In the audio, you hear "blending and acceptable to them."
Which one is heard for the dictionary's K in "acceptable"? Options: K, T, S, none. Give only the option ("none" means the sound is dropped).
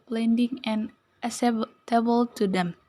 none